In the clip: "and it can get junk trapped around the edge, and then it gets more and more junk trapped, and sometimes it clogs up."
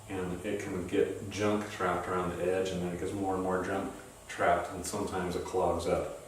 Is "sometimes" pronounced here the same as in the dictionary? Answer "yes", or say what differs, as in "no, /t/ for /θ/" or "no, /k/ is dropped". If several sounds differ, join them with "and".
yes